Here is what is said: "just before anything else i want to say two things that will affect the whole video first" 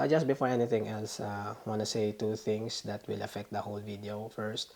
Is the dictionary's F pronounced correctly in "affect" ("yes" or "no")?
yes